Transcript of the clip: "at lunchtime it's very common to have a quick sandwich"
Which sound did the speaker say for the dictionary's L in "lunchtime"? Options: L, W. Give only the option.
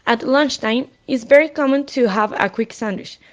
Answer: L